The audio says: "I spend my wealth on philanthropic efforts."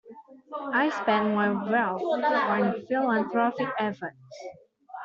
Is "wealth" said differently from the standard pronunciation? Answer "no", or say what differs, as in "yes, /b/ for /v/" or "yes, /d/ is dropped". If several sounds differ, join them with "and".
yes, /t/ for /θ/